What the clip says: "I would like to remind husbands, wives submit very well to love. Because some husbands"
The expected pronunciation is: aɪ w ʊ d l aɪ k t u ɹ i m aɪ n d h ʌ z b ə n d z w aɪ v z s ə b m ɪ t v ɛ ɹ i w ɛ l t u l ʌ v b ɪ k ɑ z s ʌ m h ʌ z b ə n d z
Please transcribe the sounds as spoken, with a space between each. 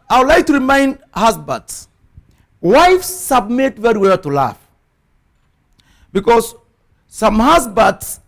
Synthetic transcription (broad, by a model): aɪ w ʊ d l aɪ k t u ɹ i m aɪ n d h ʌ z b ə d s w aɪ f s ə b m ɪ t v ɛ ɹ i w ɛ l t u l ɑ f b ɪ k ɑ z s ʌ m h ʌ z b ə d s